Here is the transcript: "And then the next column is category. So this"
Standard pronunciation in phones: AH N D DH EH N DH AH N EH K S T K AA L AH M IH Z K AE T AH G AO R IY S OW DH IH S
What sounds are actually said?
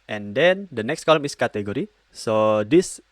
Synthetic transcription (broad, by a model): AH N D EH N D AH N EH K S T K AA L AH M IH S K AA T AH G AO R IY S OW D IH S